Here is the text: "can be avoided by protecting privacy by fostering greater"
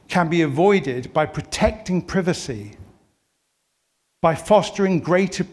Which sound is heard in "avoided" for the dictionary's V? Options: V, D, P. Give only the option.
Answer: V